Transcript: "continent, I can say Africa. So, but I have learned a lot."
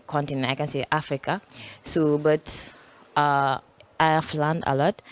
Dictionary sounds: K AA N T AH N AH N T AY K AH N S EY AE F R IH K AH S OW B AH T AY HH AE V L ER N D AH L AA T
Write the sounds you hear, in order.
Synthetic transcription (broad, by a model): K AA N T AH N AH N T AY K AH N S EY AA F R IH K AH S OW B AH T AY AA F L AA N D AH L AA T